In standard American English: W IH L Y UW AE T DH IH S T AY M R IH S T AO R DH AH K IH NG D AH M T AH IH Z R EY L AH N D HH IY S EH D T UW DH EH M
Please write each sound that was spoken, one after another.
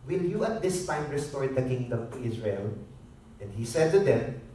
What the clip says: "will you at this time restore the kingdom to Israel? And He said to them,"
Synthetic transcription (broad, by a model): W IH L Y UW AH T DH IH S T AY M R IH S T AO R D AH K IH NG D AH M T AH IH S R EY L AH N D HH IY S EH D T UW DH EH M